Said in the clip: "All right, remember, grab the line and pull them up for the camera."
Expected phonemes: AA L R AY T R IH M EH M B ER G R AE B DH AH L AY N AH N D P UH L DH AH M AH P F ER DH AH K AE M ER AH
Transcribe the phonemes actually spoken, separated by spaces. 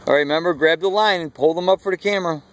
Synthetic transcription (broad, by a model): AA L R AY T M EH M B ER G R AE B DH AH L AY N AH N P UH L DH AH M AH P F ER DH AH K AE M ER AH